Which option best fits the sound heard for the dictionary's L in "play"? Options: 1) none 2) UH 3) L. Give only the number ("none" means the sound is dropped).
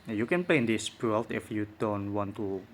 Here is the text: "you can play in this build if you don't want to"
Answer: 3